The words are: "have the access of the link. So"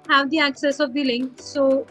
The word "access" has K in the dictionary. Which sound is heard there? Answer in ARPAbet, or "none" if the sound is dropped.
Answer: K